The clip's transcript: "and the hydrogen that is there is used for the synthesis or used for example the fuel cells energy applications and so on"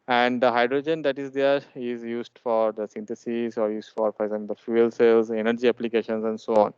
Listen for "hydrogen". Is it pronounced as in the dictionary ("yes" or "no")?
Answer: yes